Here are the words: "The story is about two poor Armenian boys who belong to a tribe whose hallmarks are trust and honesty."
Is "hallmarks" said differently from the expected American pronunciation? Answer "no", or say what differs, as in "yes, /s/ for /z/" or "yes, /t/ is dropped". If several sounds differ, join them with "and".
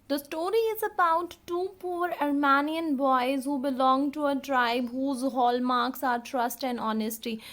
no